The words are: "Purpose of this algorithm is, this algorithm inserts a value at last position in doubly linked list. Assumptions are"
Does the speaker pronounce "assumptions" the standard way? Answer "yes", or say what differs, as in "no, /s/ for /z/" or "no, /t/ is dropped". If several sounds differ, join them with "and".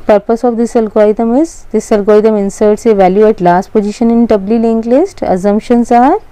no, /s/ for /z/